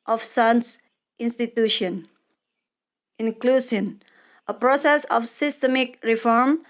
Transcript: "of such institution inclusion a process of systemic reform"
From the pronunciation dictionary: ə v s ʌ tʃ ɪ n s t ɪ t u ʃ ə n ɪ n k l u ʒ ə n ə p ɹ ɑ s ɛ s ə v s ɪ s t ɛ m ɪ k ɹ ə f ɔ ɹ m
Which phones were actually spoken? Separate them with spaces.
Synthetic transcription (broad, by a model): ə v s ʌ s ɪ n s t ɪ t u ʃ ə n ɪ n k l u s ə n ə p ɹ ɑ s ɛ s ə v s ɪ s t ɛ m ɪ k ɹ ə f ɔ ɹ m